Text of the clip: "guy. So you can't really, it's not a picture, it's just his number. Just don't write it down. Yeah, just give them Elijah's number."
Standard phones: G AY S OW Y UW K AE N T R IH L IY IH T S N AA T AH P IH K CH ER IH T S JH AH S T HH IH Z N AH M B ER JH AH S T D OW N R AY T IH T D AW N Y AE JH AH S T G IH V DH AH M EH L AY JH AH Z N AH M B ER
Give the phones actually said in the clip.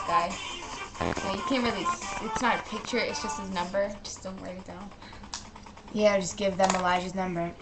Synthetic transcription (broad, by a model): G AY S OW Y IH K AE N T R IH L IY IH T S N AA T AH P IH K CH ER IH T S JH AH S T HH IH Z N AH M B ER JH AH S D OW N W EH IH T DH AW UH Y AE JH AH S G IH V DH AH M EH L AY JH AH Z N AH M B ER